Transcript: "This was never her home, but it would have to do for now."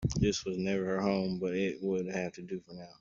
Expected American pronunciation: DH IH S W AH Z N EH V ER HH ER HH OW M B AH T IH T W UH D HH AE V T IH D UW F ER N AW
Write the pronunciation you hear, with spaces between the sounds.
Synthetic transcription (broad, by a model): DH IH S W AH Z N EH V ER HH ER HH OW M B AH T IH T W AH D HH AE F T IH D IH F ER N AW